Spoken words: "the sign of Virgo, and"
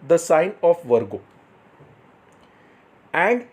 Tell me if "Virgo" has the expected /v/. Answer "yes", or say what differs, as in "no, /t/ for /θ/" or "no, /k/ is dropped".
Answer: yes